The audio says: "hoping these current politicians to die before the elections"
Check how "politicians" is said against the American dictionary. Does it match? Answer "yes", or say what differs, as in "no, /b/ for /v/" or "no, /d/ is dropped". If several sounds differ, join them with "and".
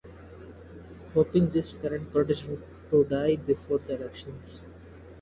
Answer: no, /z/ is dropped